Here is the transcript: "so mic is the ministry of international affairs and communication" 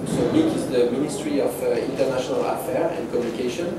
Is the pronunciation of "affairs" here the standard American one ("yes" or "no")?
no